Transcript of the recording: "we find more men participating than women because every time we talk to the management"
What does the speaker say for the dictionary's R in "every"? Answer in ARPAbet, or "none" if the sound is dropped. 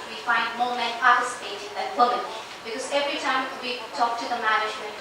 R